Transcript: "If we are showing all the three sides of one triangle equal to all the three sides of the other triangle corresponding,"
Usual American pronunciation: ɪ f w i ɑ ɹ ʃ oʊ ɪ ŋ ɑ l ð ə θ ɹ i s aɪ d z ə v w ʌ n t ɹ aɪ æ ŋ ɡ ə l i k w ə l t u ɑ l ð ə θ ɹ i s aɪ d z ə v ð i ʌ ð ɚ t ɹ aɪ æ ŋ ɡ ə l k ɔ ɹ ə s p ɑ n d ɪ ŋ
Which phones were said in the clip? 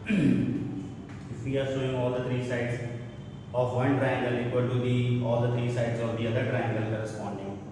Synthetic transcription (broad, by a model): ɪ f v i ɑ ɹ s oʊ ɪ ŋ ɑ l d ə t ɹ i s aɪ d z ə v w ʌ n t ɹ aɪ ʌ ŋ ɡ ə l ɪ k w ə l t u ɑ l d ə t ɹ i s aɪ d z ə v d i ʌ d ɚ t ɹ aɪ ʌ ŋ ɡ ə l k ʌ ɹ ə s p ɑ n d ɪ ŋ